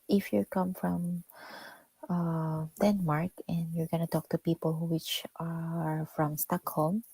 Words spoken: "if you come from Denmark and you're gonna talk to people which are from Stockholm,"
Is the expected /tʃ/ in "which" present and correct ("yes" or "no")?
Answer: yes